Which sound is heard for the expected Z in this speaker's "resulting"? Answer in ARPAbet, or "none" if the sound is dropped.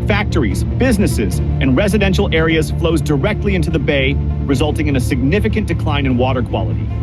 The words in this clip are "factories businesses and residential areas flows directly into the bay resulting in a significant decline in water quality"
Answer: Z